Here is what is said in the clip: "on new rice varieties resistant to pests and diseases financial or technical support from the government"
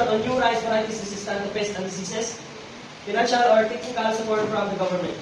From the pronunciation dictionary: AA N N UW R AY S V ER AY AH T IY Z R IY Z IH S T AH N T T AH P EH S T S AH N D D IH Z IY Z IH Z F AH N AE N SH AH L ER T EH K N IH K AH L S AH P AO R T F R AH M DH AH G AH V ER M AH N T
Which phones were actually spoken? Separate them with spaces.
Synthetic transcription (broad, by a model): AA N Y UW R AY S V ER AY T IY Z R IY S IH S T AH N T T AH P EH S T AH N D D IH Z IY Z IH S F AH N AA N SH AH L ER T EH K IH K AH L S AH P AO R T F R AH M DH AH G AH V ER M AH N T